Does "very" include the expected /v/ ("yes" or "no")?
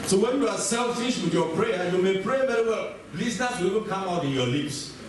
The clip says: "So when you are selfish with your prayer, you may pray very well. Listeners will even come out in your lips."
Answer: no